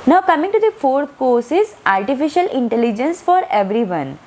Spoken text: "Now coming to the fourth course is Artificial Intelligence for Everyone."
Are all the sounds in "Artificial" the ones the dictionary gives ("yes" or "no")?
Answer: yes